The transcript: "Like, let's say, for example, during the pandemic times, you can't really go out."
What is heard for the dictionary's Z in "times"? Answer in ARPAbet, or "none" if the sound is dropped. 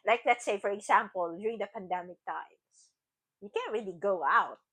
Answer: S